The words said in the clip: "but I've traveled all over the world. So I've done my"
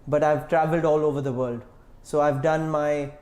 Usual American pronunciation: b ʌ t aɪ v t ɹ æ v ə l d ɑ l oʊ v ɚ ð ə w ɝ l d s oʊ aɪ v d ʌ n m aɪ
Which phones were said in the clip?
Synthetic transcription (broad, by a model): b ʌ t aɪ v t ɹ æ v ə l d ɑ l oʊ v ɚ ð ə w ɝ l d s oʊ aɪ v d ʌ n m aɪ